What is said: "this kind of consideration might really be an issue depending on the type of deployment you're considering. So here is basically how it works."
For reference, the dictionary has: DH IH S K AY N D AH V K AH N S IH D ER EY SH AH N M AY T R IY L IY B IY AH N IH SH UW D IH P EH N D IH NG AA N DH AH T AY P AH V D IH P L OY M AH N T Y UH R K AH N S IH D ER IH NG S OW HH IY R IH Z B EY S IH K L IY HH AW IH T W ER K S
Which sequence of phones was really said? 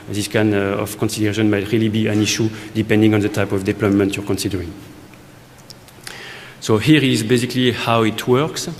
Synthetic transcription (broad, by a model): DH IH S K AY N AH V K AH N S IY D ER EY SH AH N M AY T R IY L IY B IY AH N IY SH UW D IH P EH N D IH NG AA N DH AH T AY P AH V D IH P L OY M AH N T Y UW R K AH N S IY D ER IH NG S OW HH IY R IH Z B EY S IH K L IY HH AW IH T W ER K S